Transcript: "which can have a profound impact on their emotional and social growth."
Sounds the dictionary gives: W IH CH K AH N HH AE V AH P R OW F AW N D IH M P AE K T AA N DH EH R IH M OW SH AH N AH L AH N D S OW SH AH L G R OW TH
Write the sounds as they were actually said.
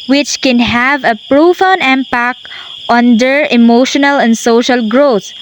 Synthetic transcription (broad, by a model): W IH CH K AH N HH AE V AH P R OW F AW N IH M P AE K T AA N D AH R IH M OW SH AH N AH L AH N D S OW SH AH L G R OW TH